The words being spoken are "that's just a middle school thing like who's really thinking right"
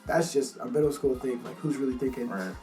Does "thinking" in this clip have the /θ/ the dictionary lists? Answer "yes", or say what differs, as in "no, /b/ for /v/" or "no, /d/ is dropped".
no, /t/ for /θ/